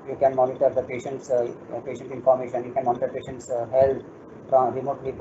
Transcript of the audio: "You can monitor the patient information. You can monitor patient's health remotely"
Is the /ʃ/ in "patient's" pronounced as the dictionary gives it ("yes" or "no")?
yes